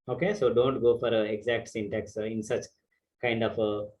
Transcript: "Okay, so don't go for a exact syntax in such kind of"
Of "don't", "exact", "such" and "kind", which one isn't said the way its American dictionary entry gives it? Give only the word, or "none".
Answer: none